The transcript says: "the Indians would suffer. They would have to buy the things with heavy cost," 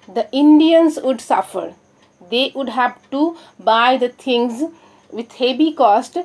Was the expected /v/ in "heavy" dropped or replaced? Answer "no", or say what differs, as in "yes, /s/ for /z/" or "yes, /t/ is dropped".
yes, /b/ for /v/